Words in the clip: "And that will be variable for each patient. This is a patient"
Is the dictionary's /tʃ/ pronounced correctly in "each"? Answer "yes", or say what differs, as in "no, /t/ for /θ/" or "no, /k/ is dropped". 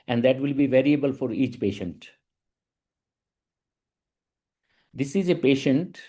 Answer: yes